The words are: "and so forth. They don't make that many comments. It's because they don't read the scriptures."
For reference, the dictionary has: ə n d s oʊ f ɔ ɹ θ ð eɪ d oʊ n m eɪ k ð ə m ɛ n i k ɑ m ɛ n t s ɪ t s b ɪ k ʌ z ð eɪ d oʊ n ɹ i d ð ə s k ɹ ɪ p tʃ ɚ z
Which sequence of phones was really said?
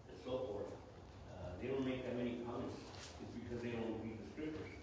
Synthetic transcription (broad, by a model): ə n s oʊ f ɔ ɹ θ ð eɪ d oʊ n m eɪ k ð ə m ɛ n i k ɑ m ɛ n t s ɪ t s b ɪ k ʌ z ð eɪ d oʊ n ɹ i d ð ə s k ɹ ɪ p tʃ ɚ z